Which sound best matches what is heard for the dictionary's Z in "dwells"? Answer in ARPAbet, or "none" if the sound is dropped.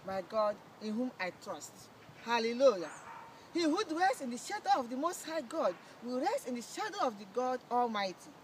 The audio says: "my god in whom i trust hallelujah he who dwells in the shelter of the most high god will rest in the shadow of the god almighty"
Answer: S